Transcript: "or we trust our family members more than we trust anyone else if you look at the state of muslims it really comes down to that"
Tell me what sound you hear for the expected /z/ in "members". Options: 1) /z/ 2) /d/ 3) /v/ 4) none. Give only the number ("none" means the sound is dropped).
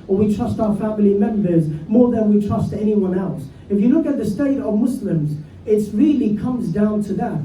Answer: 1